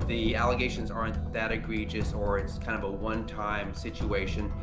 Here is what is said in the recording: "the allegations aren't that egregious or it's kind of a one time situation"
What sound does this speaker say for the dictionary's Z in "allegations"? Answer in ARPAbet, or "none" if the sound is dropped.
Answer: Z